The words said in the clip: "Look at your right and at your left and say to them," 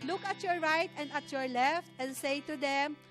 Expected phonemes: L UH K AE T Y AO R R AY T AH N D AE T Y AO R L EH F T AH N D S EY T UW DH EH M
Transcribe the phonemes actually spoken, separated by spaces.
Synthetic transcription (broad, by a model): L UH K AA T Y AO R R AY T AH N D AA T Y AO R L EH F T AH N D S EY T UW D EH M